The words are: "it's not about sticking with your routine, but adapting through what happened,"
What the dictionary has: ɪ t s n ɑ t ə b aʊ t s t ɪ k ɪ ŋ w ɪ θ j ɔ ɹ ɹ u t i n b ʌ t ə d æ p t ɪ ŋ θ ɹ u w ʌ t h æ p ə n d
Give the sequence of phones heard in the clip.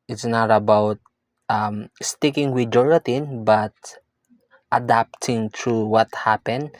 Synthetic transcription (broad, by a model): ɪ t s n ɑ t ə b aʊ t s t ɪ k ɪ ŋ w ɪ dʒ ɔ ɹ ɹ u t i n b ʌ t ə d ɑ p t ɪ ŋ t ɹ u w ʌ t h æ p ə n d